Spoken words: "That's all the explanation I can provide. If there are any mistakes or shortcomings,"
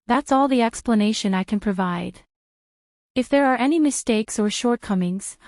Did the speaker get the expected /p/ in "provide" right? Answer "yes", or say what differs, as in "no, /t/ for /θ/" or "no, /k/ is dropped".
yes